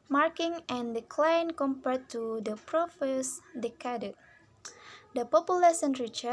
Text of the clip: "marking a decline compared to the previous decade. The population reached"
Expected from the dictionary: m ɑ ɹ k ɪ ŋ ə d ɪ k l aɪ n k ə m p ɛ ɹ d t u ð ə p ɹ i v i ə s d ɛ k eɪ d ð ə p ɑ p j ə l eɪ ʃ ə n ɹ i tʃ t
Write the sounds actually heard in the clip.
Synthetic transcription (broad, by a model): m ɑ ɹ k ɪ ŋ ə d ɪ k l aɪ n k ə m p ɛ ɹ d t u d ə p ɹ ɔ f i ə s d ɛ k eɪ d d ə p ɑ p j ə l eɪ s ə n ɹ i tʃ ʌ